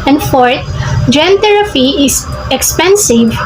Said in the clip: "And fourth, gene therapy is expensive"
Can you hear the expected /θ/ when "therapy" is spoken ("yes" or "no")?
no